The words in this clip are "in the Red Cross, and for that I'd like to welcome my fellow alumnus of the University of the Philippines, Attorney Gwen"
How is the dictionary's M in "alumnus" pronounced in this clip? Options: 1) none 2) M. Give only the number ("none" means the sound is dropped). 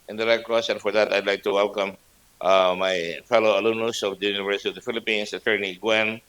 1